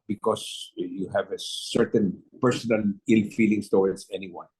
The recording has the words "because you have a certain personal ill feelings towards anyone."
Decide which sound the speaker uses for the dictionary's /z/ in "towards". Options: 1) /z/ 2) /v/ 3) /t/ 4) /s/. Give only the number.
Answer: 4